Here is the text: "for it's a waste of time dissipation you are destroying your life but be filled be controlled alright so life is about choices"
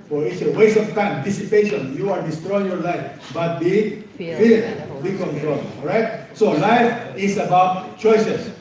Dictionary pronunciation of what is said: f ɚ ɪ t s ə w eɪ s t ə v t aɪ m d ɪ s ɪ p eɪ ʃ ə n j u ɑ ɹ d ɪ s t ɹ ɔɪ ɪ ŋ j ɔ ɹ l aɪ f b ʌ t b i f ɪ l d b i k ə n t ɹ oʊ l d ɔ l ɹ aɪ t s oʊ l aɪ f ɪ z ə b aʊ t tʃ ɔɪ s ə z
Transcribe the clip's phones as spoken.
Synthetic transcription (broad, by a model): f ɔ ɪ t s ə w eɪ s ə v t aɪ m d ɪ s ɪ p eɪ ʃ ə n j u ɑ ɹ d ɪ s t ɹ ɔɪ ɪ ŋ j ɔ ɹ l aɪ f b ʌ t b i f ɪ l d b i k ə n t ɹ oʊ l ɔ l ɹ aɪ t s oʊ l aɪ f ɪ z ə b aʊ t tʃ ɔɪ s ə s